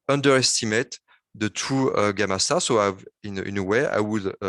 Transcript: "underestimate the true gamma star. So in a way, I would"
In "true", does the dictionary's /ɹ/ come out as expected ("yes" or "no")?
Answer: no